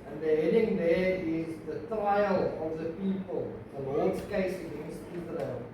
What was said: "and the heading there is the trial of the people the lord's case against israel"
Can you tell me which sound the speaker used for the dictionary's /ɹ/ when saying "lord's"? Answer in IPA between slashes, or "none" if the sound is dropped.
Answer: /l/